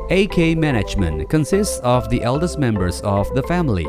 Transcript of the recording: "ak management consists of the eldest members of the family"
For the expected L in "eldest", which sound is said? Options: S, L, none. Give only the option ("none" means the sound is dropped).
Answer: L